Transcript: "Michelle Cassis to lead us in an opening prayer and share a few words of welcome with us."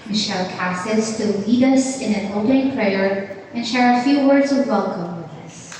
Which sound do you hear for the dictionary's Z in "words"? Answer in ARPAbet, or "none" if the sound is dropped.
Z